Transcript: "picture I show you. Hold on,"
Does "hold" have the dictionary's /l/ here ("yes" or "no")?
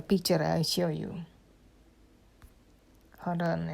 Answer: no